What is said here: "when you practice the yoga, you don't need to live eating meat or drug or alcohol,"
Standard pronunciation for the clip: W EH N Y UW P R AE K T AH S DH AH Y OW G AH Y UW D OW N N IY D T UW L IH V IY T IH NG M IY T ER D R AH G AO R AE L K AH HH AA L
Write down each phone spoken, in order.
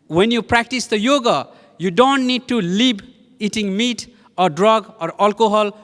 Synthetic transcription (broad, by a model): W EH N Y UW P R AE K T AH S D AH Y OW G AH Y UW D OW N N IY D T UW L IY B IY T IH NG M IY T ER D R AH G AO R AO L K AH HH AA L